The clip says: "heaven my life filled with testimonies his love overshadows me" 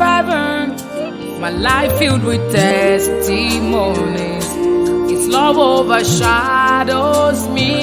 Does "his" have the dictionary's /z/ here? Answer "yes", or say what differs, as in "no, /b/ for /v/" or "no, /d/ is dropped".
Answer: no, /s/ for /z/